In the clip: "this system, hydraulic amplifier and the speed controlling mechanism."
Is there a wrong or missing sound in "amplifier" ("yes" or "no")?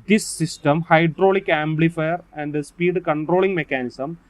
yes